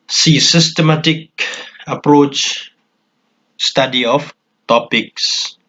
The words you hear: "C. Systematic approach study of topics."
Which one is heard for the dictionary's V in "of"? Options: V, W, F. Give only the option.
F